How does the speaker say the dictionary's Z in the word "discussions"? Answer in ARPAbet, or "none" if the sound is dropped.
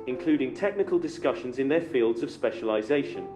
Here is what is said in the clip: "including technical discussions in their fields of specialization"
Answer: Z